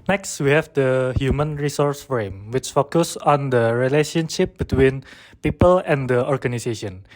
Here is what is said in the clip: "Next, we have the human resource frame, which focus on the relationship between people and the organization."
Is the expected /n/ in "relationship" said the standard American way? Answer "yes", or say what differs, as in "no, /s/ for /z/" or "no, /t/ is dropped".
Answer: yes